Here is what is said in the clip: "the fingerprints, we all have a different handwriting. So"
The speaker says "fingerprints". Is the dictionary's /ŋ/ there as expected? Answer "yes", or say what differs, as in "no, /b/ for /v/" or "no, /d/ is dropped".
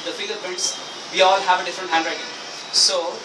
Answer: no, /ŋ/ is dropped